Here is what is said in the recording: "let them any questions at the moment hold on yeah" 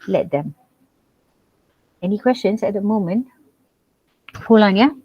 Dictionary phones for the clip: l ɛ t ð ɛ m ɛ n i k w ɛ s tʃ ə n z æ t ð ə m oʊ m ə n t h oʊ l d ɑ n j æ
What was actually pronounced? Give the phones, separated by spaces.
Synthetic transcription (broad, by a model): l ɛ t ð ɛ m ɛ n i k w ɛ s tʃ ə n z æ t ð ə m oʊ m ə n t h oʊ l ɑ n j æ